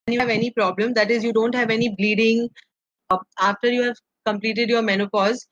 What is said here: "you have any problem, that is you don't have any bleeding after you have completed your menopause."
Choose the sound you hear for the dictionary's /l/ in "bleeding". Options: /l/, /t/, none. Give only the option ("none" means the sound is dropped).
/l/